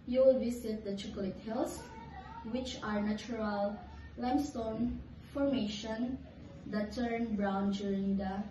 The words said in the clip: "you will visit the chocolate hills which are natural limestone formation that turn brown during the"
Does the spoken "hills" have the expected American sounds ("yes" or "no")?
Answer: no